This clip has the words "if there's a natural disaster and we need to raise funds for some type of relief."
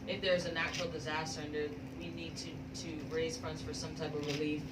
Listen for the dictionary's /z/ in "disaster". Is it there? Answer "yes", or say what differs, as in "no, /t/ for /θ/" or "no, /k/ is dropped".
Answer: yes